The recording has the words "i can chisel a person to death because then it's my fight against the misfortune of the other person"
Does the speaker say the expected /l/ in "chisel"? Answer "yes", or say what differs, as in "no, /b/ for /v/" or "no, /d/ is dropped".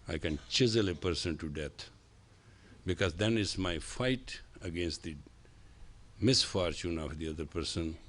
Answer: yes